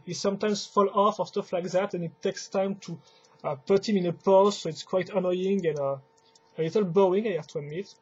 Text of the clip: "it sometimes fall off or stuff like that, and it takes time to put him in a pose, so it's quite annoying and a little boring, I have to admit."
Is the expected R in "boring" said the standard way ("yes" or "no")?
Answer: no